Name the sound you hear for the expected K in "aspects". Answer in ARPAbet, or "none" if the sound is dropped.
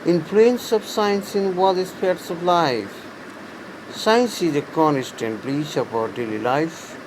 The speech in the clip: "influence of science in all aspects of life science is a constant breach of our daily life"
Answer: none